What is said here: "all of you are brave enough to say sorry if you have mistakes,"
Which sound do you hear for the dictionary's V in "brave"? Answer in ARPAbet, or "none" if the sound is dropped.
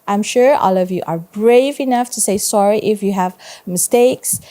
V